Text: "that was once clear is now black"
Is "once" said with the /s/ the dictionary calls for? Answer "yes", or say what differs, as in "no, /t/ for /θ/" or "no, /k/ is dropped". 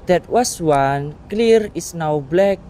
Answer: no, /s/ is dropped